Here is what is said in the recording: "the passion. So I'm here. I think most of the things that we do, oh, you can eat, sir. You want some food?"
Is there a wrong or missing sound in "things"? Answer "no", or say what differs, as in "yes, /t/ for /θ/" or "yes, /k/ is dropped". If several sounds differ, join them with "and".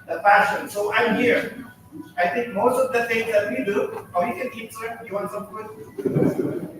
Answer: yes, /t/ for /θ/